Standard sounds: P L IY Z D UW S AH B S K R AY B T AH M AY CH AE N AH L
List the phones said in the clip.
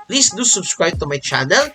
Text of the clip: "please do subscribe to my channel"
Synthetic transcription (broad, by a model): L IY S D UW S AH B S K W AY T AH M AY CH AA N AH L